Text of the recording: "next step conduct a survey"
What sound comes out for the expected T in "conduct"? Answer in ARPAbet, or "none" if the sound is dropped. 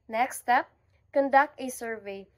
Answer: T